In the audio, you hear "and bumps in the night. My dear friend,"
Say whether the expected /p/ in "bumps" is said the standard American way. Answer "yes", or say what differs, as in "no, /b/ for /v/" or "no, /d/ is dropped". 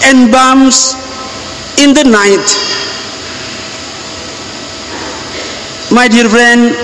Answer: no, /p/ is dropped